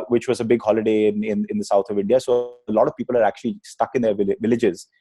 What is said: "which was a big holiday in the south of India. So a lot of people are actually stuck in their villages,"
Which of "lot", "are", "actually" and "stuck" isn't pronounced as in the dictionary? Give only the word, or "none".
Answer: none